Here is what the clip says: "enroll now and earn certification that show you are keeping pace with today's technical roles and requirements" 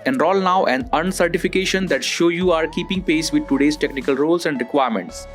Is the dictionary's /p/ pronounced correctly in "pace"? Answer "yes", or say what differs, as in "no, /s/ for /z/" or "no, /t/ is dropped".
yes